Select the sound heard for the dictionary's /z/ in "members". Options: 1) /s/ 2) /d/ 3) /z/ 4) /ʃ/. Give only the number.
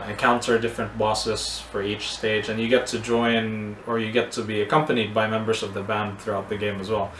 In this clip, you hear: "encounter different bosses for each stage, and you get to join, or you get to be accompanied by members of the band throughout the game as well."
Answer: 3